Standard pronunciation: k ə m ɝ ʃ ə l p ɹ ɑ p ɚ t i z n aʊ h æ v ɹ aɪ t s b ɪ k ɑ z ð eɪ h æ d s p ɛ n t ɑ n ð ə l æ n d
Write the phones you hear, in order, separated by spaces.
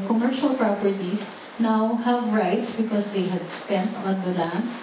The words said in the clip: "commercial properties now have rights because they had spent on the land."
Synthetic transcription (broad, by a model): k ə m ɝ ʃ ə l p ɹ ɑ p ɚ t i s n aʊ h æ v ɹ aɪ t s b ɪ k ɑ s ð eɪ h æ d s p ɛ n t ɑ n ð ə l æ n